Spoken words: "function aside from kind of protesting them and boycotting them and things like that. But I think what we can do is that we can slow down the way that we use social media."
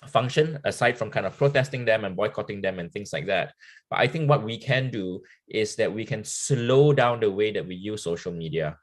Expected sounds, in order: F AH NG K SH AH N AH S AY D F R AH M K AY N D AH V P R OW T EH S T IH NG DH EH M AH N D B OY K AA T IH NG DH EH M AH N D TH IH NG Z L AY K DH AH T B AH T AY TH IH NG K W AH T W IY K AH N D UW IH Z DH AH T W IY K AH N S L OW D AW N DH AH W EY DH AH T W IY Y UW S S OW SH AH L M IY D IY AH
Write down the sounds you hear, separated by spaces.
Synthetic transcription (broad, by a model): F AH NG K SH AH N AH S AY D F R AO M K AY N D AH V P R OW T EH S T IH NG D EH M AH N B OY K AA T IH NG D EH M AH N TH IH NG S L AY K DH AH T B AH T AY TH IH NG K W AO T W IY K AH N D UW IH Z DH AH T W IY K AH N S L OW D AW N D AH W EY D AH T W IY Y UW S S OW SH AH L M IY D IY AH